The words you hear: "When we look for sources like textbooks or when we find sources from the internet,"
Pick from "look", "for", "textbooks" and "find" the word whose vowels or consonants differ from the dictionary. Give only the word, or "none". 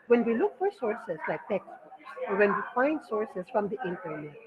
textbooks